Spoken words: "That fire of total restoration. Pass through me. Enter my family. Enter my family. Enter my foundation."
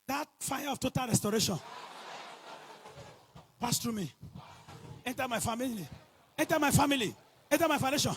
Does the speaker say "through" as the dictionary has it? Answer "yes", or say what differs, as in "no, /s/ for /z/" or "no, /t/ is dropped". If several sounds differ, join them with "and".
no, /t/ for /θ/